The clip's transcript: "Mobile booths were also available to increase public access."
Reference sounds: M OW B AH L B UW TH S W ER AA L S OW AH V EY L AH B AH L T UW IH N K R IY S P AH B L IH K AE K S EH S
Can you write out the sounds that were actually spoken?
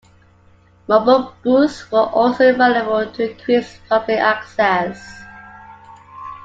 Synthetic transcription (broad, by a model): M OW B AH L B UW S W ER AA L S OW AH V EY L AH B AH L T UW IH K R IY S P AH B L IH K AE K S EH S